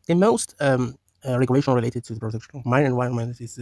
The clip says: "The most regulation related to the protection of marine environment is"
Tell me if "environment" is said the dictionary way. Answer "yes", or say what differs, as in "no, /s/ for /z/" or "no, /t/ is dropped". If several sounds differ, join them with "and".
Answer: no, /ɹ/ is dropped